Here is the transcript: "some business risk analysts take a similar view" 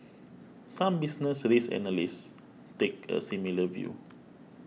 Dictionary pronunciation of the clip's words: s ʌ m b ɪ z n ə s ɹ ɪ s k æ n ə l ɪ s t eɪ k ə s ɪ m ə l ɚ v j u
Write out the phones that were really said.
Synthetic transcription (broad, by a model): s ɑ m b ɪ s n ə s ɹ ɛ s ɛ n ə l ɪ s t eɪ k ə s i m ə l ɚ v j u